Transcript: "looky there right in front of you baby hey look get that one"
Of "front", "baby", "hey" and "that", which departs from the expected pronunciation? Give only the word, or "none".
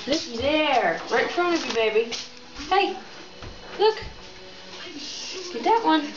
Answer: front